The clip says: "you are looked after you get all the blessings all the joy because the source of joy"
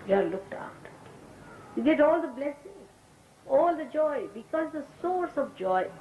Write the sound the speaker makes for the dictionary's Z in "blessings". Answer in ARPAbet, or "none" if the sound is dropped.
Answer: none